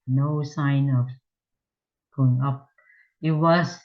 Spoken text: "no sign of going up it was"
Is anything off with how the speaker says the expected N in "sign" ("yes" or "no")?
no